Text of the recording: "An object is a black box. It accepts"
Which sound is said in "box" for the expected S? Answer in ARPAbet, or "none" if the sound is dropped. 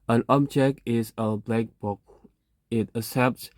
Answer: none